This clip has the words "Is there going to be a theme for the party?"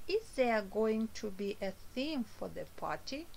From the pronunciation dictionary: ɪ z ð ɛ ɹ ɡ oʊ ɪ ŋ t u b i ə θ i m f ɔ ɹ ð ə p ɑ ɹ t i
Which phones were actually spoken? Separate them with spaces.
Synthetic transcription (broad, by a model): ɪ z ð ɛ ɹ ɡ oʊ ɪ ŋ t u b i ə θ i m f ɔ ɹ ð ə p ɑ ɹ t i